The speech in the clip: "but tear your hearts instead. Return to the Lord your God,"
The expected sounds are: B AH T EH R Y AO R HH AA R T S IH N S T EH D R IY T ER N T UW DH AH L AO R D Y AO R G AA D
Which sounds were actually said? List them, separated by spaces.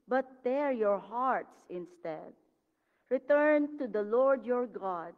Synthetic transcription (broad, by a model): B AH T EH R Y AO R HH AA R T S IH N S T EH D R IY T ER N T UW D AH L AO R D Y AO R G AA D